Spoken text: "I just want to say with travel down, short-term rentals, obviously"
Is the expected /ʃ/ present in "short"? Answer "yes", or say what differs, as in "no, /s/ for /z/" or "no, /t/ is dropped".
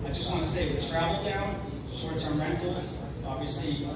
no, /s/ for /ʃ/